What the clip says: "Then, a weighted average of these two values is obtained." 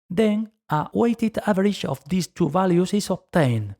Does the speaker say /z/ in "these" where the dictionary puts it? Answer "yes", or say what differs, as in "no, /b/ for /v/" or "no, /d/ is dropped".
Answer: no, /s/ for /z/